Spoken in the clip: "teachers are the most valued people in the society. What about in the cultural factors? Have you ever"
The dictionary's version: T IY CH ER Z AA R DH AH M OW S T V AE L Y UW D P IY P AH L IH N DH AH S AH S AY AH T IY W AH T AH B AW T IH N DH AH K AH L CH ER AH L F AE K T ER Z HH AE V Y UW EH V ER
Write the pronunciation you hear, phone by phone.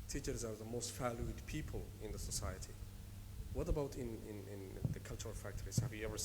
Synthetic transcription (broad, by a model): T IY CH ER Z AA W DH AH M OW S T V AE L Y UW D P IY P AH L IH N DH AH S AH S AY AH T IY W AH T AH B AW T IH N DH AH K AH L CH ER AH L F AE K T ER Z HH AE V Y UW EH V ER